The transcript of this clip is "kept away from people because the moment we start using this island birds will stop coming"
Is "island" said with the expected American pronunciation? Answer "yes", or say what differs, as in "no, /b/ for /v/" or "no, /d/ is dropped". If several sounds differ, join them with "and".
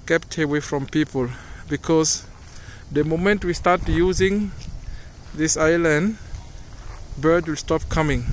yes